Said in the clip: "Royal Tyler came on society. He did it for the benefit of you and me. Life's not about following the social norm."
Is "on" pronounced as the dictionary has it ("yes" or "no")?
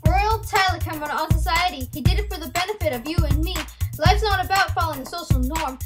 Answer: no